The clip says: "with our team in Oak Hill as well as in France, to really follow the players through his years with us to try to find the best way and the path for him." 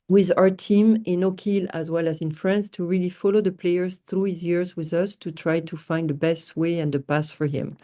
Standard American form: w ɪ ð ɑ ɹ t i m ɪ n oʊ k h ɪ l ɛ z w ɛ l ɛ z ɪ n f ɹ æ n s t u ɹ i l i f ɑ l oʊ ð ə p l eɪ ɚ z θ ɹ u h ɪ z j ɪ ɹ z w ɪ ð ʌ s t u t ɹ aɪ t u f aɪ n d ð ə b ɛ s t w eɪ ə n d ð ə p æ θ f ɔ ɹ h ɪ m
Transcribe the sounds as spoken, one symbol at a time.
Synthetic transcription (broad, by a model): w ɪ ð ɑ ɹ t i m ɪ n oʊ k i l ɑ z w ɛ l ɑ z ɪ n f ɹ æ n s t u ɹ i l i f ɑ l oʊ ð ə p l eɪ ɚ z θ ɹ u h ɪ z j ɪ ɹ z w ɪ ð ʌ s t u t ɹ aɪ t u f aɪ n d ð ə b ɛ s t w eɪ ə n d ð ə p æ s f ɔ ɹ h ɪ m